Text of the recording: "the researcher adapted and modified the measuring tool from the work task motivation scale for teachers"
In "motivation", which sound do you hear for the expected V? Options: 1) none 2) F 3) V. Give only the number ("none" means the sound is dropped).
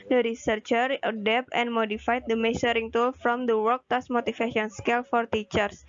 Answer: 2